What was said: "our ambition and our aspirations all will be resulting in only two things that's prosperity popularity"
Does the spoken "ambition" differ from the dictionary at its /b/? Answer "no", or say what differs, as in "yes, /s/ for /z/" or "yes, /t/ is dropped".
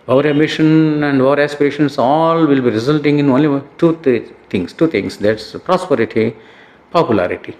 yes, /b/ is dropped